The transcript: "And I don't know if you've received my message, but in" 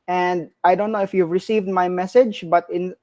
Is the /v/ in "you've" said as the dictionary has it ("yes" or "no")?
yes